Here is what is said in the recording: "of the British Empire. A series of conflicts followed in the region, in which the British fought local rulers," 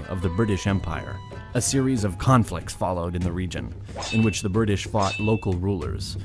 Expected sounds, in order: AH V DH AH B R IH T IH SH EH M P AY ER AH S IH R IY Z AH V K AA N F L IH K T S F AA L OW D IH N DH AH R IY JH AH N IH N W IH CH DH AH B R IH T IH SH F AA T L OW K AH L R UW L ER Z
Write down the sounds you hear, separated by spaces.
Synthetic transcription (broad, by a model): AH V DH AH B R IH T IH SH EH M P AY ER AH S IH R IY Z AH V K AA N F L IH K T S F AA L OW D IH N DH AH R IY JH AH N IH N W IH CH DH AH B R IH T IH SH F AA T L OW K L R UW L ER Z